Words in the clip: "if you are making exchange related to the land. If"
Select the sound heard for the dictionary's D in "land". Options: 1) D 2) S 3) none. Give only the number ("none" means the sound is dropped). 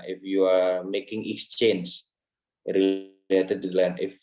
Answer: 3